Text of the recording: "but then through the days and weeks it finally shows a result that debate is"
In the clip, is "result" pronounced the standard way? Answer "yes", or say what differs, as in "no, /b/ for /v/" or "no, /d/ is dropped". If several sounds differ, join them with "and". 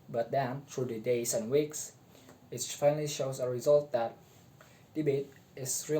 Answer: yes